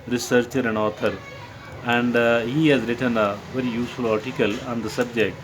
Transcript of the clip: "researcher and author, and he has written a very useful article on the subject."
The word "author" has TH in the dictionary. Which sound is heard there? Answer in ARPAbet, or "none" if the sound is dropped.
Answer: T